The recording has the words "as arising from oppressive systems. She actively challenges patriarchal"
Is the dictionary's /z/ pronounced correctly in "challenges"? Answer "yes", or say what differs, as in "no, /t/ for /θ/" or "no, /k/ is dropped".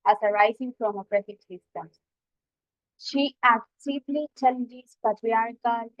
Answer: no, /s/ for /z/